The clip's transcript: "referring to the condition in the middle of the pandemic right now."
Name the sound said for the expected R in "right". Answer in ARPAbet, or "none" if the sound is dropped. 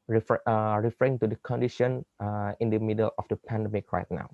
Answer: R